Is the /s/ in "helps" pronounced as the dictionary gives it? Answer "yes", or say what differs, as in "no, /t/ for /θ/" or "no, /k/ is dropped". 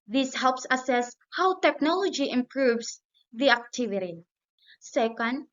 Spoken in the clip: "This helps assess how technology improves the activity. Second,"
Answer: yes